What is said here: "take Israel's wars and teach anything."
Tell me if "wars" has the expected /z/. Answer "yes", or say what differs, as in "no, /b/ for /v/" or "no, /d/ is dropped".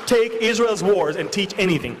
yes